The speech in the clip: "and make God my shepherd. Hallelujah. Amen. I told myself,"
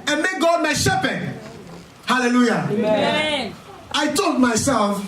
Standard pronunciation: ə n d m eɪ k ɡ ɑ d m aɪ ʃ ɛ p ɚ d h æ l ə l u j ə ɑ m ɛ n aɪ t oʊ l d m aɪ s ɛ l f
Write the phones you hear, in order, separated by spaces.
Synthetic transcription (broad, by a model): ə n m eɪ k ɡ ɑ d m aɪ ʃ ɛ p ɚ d h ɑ l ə l u j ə ɑ ɪ t oʊ l d m aɪ s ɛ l f